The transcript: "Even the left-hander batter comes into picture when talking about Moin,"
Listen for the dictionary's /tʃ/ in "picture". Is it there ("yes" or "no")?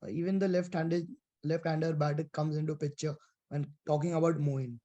yes